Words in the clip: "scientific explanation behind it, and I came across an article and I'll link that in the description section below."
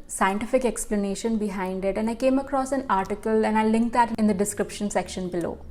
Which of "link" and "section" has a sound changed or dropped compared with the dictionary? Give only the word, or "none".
none